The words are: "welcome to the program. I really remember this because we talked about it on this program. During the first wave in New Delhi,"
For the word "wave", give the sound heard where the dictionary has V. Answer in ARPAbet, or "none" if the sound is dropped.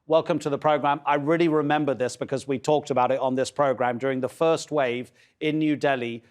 V